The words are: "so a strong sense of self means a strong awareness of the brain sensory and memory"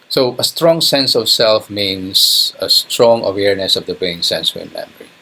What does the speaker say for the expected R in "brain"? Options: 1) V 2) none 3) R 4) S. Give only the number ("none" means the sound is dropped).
2